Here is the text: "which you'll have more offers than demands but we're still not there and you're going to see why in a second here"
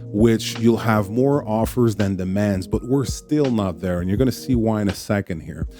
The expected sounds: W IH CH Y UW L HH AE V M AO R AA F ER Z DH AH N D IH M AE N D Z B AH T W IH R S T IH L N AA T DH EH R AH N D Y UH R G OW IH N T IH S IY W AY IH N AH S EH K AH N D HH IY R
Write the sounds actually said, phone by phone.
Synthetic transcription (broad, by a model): W IH CH Y UW L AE V M AO R AA F ER Z DH AH N D IH M AE N D Z B AH T W IH R S T IH L N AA T DH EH R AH N Y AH R G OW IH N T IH S IY W AY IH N AH S EH K AH N D HH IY R